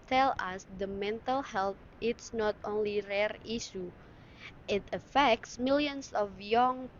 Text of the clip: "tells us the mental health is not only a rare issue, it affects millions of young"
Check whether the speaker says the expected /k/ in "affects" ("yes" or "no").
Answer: yes